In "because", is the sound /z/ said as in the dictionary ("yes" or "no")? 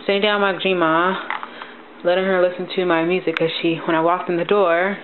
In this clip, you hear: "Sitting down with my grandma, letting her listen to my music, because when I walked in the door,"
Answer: no